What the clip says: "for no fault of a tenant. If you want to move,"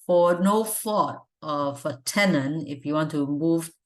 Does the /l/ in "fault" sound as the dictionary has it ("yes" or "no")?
no